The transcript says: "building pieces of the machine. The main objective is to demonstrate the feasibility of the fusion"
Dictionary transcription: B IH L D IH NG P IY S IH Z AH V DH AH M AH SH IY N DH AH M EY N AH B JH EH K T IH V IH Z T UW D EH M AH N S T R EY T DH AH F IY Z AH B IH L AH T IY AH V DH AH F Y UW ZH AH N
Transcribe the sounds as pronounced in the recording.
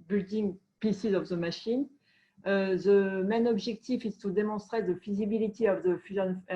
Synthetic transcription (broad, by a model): B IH L D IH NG P IY S IH Z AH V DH AH M AH SH IY N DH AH M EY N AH B ZH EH K T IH F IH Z T UW D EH M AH S T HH EY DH AH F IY Z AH B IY L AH T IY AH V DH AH F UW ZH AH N